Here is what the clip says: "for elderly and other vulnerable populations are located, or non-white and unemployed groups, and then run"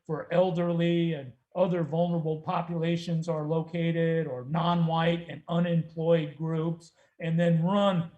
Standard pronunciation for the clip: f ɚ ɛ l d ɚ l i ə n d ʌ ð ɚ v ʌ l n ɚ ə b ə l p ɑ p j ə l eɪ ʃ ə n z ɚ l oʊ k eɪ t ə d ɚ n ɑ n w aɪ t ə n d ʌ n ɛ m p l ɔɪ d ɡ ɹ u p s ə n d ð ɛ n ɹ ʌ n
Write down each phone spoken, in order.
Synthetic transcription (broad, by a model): f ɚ ɛ l d ɚ l i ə n ʌ ð ɚ v ʌ l n ɚ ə b l p ɑ p j ə l eɪ ʃ ə n z ɚ l oʊ k eɪ t ə d ɚ n ɑ n w aɪ t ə n ʌ n ɛ m p l ɔɪ d ɡ ɹ u p s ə n ð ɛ n ɹ ʌ n